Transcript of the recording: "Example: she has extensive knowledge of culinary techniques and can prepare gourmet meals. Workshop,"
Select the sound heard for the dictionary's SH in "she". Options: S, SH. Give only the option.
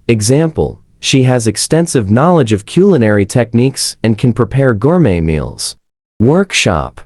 SH